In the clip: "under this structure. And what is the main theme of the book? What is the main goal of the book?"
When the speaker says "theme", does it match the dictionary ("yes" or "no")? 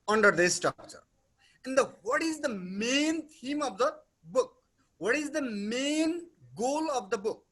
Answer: no